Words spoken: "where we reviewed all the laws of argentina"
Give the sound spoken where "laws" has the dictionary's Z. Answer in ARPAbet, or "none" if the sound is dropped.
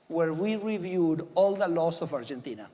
S